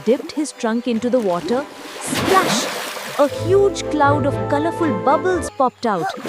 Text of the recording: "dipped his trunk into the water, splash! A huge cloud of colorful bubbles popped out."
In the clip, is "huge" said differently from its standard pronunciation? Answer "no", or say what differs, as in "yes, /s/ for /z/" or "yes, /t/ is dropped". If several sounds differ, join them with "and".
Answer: no